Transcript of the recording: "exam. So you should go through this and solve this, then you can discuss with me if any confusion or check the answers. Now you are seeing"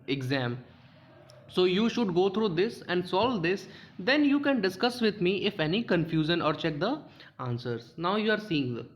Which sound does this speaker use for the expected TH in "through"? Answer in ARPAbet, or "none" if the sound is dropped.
T